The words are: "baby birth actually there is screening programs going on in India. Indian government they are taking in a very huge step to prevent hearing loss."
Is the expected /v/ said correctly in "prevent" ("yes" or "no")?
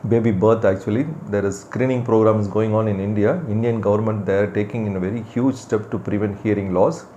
yes